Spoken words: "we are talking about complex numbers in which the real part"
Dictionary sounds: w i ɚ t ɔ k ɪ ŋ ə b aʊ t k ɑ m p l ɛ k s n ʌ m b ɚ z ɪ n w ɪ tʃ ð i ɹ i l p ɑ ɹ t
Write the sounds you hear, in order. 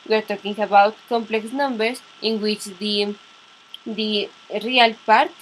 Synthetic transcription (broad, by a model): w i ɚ t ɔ k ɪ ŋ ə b aʊ t k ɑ m p l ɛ k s n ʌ m b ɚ s ɪ n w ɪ tʃ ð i ɹ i l p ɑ ɹ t